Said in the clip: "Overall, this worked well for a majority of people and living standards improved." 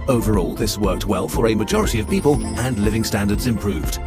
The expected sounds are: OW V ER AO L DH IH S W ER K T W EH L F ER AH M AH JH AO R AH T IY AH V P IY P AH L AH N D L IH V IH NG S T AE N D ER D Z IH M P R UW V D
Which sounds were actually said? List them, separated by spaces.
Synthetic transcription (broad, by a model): OW V ER AO L DH IH S W ER K T W EH L F ER AH M AH JH AO R AH T IY AH V P IY P AH L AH N L IH V IH NG S T AE N D ER D Z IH M P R UW V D